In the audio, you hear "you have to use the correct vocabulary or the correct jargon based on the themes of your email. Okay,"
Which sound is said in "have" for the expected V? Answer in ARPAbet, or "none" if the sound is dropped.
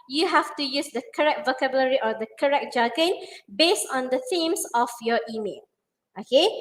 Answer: F